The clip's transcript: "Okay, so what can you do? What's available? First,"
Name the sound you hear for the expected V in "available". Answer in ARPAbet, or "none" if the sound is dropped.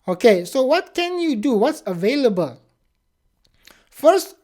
V